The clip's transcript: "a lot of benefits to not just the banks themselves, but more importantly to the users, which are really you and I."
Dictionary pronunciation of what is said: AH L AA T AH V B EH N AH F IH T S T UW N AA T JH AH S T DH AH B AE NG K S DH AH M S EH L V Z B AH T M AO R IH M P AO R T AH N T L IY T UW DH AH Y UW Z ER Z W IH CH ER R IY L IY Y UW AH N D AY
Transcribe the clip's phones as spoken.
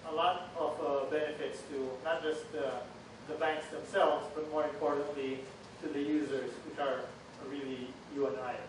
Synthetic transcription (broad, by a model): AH L AA T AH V B EH N AH F IH T S T UW N AA T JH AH S T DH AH B AE NG K S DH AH M S EH L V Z B AH T M AO R IH M P AO R T AH N T L IY T UW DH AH Y UW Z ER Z W IH CH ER R IY L IY Y UW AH N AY